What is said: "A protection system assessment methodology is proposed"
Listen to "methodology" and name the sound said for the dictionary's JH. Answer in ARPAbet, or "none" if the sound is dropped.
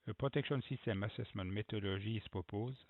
ZH